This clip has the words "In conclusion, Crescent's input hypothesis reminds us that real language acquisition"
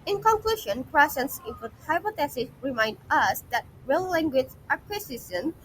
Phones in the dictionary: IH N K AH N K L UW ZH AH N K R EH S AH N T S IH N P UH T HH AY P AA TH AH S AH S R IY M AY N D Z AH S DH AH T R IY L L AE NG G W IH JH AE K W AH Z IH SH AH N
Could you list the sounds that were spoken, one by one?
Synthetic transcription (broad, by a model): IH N K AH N K L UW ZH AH N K R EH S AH N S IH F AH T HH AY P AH T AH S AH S R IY M AY N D AH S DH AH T R IY L L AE NG G W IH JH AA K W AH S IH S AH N